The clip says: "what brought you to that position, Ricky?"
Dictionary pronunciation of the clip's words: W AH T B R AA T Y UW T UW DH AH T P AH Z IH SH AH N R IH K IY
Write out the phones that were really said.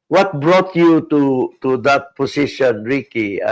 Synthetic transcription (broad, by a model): W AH T B R AA T Y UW T UW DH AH T P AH S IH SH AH N R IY K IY